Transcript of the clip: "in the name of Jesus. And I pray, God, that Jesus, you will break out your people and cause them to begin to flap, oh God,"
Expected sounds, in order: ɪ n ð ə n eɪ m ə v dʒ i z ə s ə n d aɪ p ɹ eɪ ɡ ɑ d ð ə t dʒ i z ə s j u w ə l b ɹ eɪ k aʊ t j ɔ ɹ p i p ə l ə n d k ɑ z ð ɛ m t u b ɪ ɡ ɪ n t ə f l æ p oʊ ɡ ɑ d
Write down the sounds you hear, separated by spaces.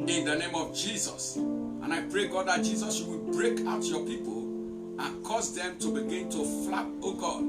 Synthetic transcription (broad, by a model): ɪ n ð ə n eɪ m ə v dʒ i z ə s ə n aɪ p ɹ eɪ ɡ ɑ d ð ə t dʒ i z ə s j u w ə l b ɹ eɪ k aʊ t j ɔ p i p ə l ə n k ɑ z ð ɛ m t u b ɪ ɡ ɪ n t ə f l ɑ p oʊ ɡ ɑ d